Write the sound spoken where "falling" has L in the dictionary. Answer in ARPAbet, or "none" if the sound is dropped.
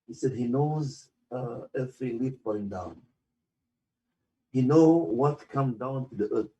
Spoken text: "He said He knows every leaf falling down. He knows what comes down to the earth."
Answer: none